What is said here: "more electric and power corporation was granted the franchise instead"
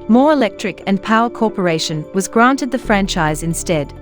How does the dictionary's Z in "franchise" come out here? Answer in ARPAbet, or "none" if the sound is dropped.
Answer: Z